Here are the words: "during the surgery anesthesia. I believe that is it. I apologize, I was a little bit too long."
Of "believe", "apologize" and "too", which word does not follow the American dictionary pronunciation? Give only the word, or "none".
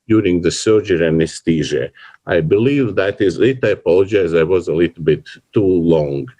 none